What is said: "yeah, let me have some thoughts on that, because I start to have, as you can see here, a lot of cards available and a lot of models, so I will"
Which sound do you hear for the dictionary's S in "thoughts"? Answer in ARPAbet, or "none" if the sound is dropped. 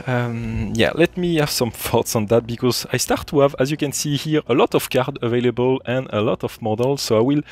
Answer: S